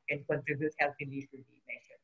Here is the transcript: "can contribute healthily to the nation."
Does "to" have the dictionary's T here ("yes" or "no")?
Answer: no